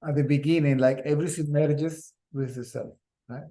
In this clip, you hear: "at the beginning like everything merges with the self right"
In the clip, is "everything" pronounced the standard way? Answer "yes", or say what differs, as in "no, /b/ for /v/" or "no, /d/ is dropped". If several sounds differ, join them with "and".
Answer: no, /s/ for /θ/